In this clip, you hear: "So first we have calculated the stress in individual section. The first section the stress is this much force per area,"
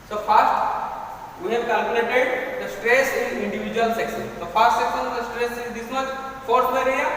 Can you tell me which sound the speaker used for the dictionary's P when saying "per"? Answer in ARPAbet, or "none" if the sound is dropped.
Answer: B